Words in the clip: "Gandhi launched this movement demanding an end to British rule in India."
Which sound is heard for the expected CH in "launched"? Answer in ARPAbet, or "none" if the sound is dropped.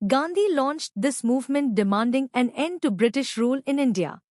CH